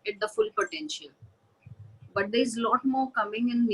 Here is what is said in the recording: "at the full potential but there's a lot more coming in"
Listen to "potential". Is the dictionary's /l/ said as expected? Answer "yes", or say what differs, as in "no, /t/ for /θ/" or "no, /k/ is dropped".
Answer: yes